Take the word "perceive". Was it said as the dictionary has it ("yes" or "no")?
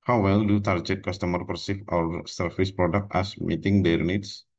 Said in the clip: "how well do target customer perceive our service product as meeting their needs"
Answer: no